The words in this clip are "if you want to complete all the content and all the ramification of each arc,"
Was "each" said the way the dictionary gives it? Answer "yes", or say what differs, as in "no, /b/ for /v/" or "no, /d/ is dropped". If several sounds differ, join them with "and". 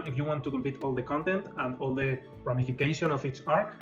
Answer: no, /s/ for /tʃ/